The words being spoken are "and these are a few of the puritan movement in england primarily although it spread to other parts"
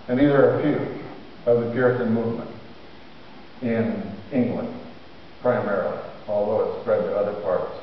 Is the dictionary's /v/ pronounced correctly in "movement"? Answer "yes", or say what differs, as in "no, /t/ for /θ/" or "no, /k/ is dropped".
yes